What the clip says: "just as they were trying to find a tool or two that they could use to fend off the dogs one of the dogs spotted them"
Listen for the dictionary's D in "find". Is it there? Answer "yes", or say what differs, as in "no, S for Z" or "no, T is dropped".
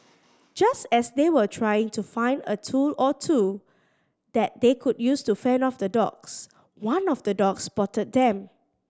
yes